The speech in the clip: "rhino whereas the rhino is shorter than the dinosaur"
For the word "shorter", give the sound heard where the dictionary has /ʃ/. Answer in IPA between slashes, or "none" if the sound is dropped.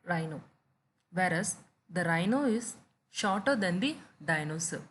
/ʃ/